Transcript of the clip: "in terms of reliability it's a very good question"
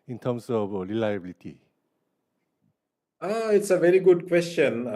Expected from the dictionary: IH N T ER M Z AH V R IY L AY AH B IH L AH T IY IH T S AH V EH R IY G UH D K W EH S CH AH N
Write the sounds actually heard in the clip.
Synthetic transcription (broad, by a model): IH N T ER M S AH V R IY L AY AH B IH L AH T IY IH T S AH V EH R IY G UH D K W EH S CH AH N